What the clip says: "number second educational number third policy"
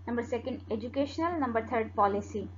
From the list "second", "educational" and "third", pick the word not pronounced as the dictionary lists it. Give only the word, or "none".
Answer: third